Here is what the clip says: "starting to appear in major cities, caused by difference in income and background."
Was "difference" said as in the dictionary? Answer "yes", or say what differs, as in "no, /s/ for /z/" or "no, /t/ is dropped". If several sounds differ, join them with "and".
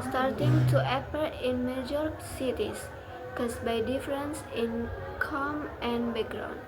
yes